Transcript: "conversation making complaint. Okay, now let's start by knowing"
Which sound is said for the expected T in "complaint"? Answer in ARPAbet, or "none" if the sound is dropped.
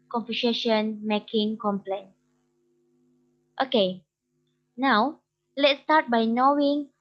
T